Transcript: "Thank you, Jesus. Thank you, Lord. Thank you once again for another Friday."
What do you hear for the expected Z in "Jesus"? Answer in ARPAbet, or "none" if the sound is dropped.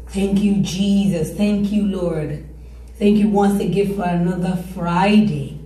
Z